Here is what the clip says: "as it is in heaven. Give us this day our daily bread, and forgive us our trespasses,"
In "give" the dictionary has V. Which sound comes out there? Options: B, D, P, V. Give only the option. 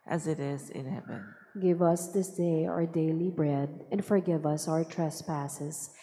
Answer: V